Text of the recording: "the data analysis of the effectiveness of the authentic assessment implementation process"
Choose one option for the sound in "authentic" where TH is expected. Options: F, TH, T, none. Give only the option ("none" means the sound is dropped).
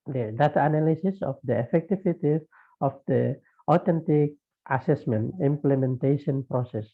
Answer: T